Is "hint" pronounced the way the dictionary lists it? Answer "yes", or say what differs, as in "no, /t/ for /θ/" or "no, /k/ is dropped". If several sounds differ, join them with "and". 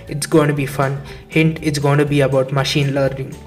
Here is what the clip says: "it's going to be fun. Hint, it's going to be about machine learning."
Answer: yes